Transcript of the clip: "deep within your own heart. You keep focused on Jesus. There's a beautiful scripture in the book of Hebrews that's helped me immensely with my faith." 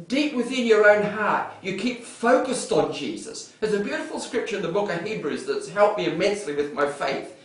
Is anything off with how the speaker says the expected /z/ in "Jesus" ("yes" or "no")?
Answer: no